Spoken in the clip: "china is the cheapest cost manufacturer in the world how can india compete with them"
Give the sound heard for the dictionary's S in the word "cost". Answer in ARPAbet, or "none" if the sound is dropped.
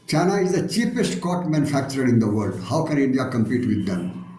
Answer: none